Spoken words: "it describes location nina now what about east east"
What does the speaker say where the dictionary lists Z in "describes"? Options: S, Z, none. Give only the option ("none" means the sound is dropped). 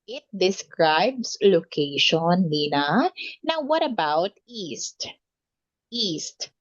S